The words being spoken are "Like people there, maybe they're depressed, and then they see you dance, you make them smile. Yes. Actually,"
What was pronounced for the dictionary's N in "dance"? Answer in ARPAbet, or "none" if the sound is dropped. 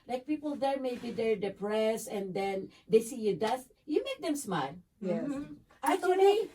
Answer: none